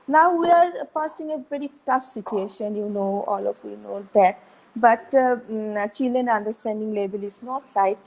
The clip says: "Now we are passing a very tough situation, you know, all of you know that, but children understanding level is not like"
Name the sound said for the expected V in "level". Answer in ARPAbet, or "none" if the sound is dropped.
B